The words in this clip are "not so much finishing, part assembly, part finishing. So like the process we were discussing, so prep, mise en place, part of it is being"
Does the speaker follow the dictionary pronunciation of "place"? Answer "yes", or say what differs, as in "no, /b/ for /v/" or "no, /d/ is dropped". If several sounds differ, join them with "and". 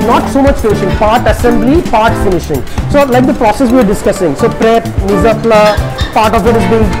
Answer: no, /s/ is dropped